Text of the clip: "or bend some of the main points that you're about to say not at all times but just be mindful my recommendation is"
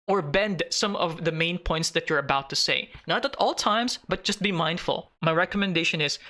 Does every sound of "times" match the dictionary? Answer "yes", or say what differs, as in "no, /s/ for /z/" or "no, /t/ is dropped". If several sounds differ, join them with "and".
no, /s/ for /z/